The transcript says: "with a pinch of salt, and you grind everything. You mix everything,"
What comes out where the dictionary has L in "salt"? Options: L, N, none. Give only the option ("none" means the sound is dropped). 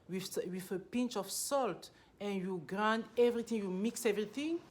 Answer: L